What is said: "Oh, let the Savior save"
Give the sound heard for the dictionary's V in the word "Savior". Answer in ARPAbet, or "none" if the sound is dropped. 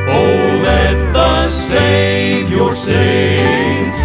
none